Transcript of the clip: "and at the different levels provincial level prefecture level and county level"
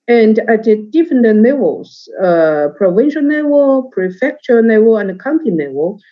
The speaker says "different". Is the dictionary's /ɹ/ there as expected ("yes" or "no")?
no